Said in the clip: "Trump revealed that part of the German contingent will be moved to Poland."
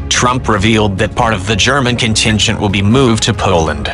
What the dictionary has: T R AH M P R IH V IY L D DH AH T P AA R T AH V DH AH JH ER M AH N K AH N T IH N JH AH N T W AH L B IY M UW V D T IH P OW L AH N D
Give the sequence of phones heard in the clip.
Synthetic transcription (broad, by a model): T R AH M P R IH V IY L D DH AH T P AA R T AH V DH AH JH ER M AH N K AH N T IH N JH AH N T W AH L B IY M UW V T IH P OW L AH N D